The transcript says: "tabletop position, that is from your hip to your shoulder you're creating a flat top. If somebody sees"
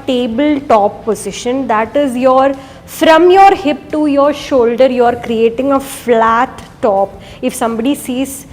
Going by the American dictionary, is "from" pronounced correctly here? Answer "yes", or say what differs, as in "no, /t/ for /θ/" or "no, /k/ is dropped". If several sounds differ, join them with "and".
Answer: yes